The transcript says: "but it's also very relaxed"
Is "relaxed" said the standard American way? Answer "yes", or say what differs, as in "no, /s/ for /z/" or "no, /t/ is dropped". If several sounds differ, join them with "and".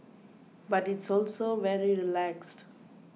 yes